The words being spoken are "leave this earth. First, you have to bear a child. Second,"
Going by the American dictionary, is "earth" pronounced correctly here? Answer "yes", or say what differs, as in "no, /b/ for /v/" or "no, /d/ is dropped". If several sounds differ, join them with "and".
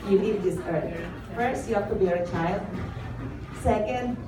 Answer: no, /t/ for /θ/